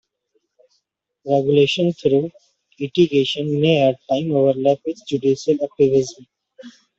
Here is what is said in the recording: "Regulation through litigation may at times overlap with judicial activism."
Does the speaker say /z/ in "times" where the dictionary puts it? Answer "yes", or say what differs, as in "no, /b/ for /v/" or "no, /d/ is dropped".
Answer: no, /z/ is dropped